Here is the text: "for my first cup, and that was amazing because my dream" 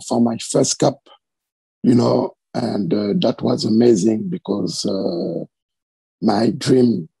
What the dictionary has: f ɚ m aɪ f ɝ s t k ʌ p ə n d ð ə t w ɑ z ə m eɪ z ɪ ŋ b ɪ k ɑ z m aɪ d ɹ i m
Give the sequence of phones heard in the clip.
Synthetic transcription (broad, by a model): f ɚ m aɪ f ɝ s t k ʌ p ə n d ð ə t w ɑ z ə m eɪ z ɪ ŋ b ɪ k ɑ z m aɪ d ɹ i m